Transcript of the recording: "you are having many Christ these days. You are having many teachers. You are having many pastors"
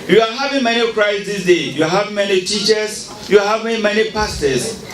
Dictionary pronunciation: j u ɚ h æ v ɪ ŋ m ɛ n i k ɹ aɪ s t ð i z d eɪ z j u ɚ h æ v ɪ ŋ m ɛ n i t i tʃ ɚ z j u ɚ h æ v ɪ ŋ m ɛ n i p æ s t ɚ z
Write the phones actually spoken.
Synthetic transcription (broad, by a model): j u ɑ h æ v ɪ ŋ m ɛ n i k ɹ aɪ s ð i s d eɪ j u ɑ h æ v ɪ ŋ m ɛ n i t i tʃ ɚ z j u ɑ h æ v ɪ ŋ m ɛ n i p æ s t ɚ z